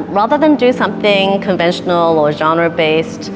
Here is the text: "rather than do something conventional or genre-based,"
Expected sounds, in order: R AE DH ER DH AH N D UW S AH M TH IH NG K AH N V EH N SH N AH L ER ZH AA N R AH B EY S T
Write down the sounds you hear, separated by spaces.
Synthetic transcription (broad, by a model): R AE DH ER DH AH N D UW S AH M TH IH NG K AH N V EH N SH N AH L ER ZH AA N R AH B EY S T